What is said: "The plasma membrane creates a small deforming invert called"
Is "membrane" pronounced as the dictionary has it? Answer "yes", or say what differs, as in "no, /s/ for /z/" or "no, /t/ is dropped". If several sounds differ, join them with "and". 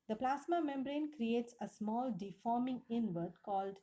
yes